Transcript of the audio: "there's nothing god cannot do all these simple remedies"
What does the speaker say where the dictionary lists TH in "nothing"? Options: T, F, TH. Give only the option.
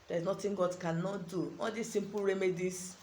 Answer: T